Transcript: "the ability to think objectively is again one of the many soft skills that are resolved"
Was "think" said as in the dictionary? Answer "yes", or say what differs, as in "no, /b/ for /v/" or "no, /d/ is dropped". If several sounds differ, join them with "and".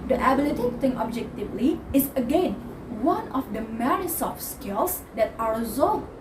no, /k/ is dropped